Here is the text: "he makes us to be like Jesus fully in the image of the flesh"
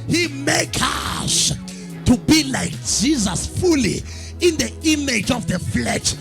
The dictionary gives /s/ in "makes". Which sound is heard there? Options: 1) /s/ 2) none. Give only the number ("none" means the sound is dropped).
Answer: 2